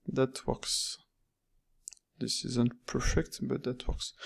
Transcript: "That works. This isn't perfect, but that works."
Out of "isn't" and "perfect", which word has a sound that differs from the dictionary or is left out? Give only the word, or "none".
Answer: none